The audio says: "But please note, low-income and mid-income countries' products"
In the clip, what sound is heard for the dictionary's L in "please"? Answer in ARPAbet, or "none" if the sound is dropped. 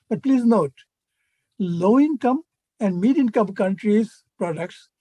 L